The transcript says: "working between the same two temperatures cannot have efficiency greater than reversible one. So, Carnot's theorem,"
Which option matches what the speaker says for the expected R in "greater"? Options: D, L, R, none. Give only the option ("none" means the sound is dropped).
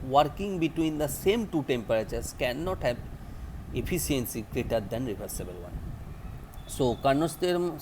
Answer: R